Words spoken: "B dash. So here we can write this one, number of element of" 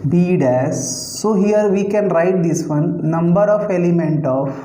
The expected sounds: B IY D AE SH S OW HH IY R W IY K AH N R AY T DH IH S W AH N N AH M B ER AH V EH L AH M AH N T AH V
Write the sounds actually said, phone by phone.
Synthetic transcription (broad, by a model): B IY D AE S S OW HH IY R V IY K AH N R AY T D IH S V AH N N AH M B ER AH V EH L AH M AH N T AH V